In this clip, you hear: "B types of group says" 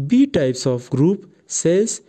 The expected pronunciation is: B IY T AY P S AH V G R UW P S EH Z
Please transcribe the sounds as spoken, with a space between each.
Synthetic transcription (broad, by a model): B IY T AY P S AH P G R UW P S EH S